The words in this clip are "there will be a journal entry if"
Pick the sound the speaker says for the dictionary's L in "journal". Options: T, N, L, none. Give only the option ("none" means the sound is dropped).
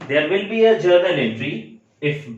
N